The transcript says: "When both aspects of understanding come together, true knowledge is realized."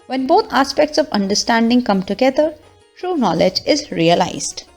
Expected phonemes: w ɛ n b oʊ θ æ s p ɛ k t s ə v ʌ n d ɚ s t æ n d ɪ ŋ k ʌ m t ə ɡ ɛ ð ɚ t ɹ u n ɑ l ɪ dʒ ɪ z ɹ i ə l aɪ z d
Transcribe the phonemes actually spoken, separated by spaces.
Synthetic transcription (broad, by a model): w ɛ n b oʊ t æ s p ɛ k t s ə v ʌ n d ɚ s t æ n d ɪ ŋ k ʌ m t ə ɡ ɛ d ɚ t ɹ u n ɑ l ɪ dʒ ɪ z ɹ i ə l aɪ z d